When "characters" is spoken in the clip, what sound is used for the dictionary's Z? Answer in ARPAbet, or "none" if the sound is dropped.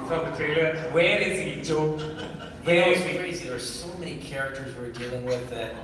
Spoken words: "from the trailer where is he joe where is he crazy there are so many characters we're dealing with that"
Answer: Z